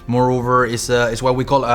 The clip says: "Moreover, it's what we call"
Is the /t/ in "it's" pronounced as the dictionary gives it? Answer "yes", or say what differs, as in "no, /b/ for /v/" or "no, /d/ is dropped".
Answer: no, /s/ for /t/